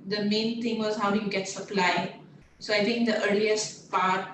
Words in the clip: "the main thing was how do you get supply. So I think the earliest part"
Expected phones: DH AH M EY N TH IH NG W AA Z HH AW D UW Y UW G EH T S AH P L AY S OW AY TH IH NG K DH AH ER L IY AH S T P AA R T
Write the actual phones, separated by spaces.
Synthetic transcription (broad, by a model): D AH M EY N T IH NG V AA Z HH AW D UW Y UW G EH T S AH P L AY S OW AY T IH NG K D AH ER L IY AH S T P AA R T